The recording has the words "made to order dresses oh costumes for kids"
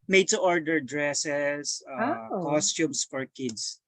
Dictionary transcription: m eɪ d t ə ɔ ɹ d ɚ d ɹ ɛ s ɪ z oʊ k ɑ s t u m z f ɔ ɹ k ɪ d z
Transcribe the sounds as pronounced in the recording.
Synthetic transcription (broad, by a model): m eɪ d t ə ɔ ɹ d ɚ d ɹ ɛ s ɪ s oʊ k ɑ s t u m s f ɔ ɹ k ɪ d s